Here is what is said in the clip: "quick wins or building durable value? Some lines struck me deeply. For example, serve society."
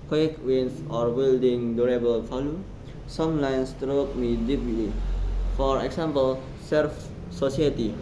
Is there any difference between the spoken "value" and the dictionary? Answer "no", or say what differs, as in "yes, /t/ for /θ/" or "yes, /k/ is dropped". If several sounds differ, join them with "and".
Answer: yes, /f/ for /v/